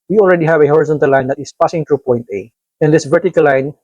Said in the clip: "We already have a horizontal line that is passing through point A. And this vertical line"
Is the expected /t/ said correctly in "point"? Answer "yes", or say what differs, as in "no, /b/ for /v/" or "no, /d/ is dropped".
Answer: yes